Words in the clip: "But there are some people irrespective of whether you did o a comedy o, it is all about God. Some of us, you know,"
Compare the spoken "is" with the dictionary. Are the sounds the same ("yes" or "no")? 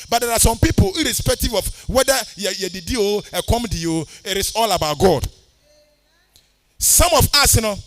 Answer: no